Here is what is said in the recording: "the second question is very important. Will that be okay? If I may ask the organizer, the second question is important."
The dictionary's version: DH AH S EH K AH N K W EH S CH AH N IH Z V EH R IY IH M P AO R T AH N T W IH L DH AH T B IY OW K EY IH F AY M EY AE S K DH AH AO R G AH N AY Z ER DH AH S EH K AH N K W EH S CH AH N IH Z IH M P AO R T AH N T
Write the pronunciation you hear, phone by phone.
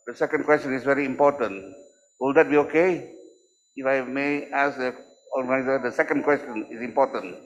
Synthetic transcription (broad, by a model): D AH S EH K AH N K W EH S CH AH N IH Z V EH R IY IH M P AO T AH N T W IH L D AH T B IY OW K EY IH F AY M EY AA S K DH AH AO L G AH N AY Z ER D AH S EH K AH N K W EH S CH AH N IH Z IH M P AO T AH N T